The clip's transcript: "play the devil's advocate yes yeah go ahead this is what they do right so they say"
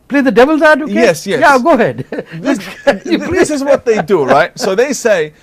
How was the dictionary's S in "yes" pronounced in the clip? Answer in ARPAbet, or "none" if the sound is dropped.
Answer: none